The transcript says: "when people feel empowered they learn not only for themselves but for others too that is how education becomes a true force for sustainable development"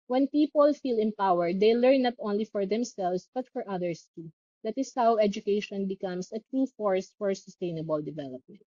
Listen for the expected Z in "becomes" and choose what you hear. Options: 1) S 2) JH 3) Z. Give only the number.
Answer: 1